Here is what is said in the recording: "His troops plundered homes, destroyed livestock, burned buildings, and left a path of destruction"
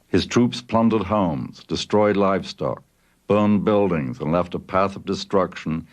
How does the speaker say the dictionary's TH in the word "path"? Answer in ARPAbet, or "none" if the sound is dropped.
TH